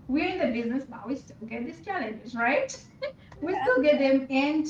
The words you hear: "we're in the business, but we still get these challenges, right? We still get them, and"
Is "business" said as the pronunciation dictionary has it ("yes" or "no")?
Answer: yes